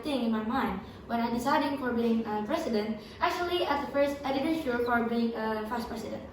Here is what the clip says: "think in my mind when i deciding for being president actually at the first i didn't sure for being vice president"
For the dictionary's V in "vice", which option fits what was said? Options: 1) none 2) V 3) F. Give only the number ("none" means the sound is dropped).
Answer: 3